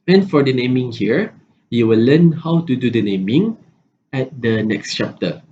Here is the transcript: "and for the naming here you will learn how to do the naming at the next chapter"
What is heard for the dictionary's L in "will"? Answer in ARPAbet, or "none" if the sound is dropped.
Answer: L